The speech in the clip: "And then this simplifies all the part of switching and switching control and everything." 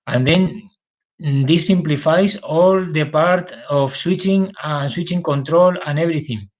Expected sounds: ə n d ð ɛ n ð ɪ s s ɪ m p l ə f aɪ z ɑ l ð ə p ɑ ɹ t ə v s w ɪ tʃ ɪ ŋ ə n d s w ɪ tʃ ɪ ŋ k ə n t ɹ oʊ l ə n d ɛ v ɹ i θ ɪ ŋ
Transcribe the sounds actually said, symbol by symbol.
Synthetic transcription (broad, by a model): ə n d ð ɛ n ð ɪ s s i m p l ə f aɪ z ɑ l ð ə p ɑ ɹ t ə f s w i tʃ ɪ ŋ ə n s w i tʃ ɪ ŋ k ə n t ɹ oʊ l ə n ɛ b ɹ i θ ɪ ŋ